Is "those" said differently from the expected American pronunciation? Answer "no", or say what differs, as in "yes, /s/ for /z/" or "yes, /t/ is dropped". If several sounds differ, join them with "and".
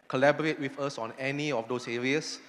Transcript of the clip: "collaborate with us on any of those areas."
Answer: yes, /s/ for /z/